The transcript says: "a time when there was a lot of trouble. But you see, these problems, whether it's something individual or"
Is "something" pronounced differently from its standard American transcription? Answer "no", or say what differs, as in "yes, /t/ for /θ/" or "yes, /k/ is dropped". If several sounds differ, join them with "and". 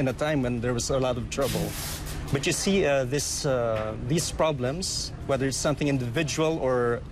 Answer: no